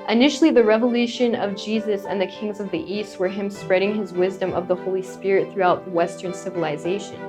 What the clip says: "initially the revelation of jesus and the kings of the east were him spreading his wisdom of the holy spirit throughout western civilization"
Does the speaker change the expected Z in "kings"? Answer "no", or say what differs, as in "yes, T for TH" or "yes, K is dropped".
no